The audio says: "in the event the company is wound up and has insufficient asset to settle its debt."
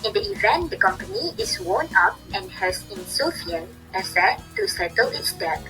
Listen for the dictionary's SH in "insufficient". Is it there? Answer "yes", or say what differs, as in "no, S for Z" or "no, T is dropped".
no, SH is dropped